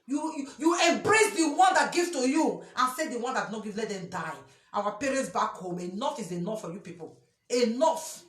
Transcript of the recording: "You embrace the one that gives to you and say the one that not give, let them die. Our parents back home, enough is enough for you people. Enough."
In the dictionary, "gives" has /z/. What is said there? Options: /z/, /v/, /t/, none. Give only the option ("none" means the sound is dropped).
none